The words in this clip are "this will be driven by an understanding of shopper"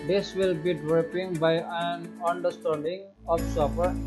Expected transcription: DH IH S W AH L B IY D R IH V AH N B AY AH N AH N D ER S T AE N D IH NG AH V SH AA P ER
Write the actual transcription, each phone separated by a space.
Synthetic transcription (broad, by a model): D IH S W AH L B IY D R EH P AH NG B AY AH N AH N D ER S T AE N D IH NG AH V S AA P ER